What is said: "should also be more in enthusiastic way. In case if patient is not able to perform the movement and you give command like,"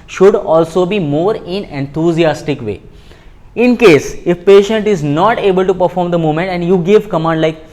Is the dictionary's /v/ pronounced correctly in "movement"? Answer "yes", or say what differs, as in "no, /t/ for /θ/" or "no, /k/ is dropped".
no, /v/ is dropped